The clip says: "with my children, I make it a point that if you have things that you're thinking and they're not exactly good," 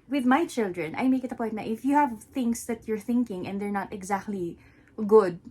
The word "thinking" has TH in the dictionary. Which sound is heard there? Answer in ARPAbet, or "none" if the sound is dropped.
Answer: TH